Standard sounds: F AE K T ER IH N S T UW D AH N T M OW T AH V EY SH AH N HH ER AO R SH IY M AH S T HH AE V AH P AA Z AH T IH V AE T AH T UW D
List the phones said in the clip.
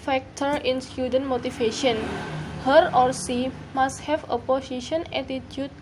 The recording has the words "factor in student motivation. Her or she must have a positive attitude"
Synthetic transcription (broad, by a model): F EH K T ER IH N S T UW D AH N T M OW T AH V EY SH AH N HH ER AO R S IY M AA S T HH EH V AH P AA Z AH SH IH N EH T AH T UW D